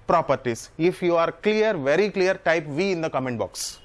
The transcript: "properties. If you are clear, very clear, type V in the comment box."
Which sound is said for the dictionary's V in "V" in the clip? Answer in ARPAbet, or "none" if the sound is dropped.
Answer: V